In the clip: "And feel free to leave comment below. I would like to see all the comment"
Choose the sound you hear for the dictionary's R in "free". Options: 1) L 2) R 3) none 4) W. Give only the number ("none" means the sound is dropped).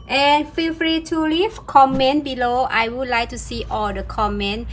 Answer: 2